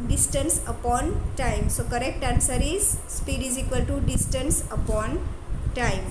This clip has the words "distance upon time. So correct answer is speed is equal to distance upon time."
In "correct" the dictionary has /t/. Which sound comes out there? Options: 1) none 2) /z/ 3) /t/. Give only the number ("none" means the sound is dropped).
3